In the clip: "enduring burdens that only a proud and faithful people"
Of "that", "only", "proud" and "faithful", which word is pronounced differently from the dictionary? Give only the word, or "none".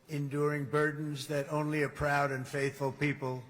none